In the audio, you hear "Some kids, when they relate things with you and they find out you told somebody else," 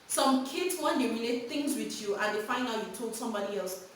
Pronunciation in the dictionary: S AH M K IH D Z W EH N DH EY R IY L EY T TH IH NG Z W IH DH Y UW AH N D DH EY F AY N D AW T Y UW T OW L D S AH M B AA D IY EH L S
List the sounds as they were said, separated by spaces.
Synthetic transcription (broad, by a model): S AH M K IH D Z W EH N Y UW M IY N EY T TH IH NG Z W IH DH Y UW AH N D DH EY F AY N AW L Y UW T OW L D S AH M B AA D IY EH L S